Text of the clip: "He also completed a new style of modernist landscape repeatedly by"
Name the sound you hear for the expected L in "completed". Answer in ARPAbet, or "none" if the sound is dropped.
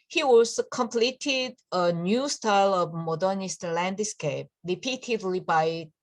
L